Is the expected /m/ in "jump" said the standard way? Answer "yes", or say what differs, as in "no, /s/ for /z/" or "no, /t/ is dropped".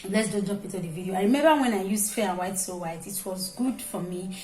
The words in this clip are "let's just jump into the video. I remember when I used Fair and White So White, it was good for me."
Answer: no, /m/ is dropped